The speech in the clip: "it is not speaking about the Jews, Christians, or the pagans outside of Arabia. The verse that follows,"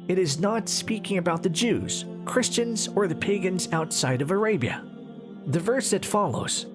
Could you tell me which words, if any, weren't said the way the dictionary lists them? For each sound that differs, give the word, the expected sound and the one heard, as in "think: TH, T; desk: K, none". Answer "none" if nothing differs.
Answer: none